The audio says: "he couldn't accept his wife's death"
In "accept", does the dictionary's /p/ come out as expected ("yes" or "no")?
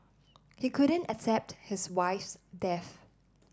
yes